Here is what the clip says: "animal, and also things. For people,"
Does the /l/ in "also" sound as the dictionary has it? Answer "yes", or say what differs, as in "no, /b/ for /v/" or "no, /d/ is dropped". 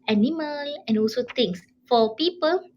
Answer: yes